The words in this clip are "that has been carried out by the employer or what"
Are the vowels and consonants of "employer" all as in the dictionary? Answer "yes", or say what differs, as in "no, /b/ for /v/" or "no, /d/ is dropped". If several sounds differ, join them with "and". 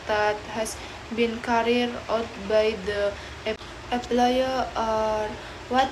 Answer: no, /m/ is dropped